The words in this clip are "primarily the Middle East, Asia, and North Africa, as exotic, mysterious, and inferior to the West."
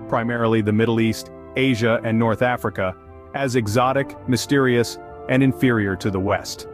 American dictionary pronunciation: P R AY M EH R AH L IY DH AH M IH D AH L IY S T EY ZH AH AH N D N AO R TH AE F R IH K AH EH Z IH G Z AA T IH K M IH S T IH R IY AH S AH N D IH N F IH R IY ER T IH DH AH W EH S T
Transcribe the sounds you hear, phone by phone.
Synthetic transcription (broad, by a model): P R AY M EH R L IY DH AH M IH D L IY S T EY ZH AH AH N N AO R TH AE F R IH K AH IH Z IH G Z AA T IH K M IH S T IH R IY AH S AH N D IH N F IH R IY ER T IH DH AH W EH S T